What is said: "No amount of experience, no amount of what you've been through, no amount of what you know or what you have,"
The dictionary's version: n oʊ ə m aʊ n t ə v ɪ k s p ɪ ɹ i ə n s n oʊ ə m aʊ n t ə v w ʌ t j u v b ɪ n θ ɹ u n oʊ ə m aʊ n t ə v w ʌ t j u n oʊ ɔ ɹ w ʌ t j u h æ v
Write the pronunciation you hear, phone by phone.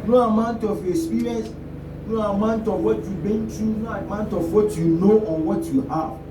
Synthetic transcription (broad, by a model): n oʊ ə m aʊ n t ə f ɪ s p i ɹ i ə n s n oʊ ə m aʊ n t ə f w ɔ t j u b ɪ n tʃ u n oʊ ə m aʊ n t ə f w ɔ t j u n oʊ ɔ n w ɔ t j u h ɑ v